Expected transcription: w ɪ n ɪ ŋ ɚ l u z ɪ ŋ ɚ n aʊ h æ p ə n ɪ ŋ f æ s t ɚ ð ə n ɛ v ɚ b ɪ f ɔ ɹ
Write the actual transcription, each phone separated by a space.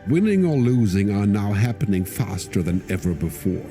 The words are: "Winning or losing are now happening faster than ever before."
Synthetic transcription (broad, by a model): w ɪ n ɪ ŋ ɚ l u z ɪ ŋ ɚ n aʊ h æ p ə n ɪ ŋ f æ s t ɚ ð ə n ɛ v ɚ b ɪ f ɔ ɹ